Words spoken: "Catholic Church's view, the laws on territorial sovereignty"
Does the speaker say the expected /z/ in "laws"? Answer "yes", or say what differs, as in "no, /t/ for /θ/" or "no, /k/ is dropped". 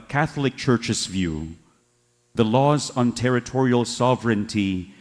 yes